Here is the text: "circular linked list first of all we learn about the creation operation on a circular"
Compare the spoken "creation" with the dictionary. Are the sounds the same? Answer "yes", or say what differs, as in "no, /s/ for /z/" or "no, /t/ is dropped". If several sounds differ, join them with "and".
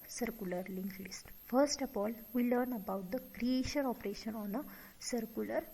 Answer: yes